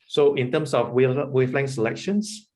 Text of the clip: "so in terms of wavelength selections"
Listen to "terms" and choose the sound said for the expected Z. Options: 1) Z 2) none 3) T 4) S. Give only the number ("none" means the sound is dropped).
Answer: 4